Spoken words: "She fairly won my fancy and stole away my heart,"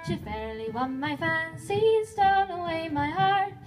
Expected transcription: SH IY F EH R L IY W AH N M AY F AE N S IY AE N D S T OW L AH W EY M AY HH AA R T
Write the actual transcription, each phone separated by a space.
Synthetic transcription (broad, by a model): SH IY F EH R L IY W AH N M AY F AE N S IY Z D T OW N AH W EY M AY HH AA R T